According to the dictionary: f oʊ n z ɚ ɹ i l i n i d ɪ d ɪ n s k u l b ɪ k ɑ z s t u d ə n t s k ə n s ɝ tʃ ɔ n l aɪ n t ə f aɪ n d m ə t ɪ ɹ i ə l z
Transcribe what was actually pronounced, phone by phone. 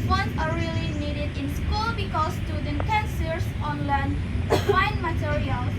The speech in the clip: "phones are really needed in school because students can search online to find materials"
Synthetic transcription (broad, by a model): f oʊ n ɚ ɹ i l i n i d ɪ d ɪ n s k u l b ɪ k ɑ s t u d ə n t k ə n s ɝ s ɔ n l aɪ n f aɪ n m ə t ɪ ɹ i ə l